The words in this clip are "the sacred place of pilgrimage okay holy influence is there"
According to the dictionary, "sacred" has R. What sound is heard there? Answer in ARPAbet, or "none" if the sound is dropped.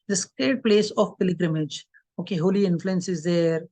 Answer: none